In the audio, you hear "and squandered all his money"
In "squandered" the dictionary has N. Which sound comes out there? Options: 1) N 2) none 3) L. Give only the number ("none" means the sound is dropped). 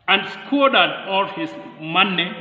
2